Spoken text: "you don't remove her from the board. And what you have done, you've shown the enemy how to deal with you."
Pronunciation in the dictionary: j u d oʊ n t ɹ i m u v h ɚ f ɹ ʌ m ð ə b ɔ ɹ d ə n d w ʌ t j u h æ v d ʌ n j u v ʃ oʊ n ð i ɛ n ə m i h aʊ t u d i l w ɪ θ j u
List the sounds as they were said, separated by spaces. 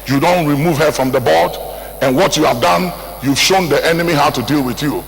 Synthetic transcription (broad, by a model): j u d oʊ n t ɹ i m u v h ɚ f ɹ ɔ m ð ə b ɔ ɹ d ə n w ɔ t j u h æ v d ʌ n j u v ʃ oʊ n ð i ɛ n ə m i h aʊ t u d i l w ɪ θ j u